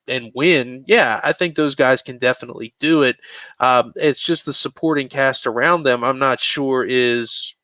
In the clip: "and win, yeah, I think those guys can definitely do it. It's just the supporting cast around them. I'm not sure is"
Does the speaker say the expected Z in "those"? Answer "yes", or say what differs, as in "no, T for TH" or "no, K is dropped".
yes